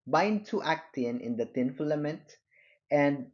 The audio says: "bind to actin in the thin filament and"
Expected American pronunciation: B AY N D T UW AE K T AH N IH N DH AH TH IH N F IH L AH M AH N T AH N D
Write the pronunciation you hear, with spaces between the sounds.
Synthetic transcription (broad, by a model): B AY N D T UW AE K T AH N IH N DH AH T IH N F L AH M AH N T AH N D